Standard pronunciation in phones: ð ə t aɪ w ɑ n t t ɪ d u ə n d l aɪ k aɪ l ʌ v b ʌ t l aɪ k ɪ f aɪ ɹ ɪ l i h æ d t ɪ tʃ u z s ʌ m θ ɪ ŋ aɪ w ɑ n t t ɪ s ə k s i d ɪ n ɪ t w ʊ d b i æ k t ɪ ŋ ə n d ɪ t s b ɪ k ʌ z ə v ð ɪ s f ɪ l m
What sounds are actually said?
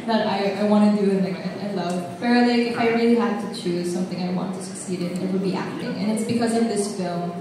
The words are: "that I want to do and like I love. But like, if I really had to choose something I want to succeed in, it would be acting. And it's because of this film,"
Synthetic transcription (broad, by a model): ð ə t aɪ w ɑ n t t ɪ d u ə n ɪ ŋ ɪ aɪ l ʌ v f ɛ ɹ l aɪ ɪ ɪ f aɪ ɹ ɪ l i h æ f t ɪ tʃ u z s ʌ m θ ɪ ŋ aɪ w ɑ n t t ɪ s ə k s i d ɪ n ɪ t w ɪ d b i æ k t ɪ ŋ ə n ɪ t s b ɪ k ʌ z ə v ð ɪ s f ɪ l m